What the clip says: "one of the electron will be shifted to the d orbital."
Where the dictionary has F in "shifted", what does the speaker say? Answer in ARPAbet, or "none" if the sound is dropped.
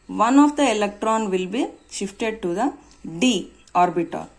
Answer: F